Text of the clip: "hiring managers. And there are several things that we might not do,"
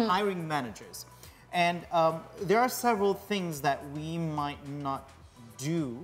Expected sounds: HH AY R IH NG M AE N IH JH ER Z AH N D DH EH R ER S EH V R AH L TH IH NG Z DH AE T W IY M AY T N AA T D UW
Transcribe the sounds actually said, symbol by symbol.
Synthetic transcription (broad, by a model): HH AY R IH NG M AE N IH JH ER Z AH N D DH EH R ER S EH V R AH L TH IH NG Z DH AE T W IY M AY T N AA T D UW